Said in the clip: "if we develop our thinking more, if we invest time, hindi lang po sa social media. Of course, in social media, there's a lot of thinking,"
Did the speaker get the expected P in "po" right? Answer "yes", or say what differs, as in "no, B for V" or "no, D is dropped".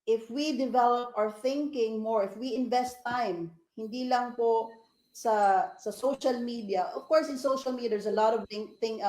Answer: yes